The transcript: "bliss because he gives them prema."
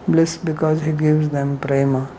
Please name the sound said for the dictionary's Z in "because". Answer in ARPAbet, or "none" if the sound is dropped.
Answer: Z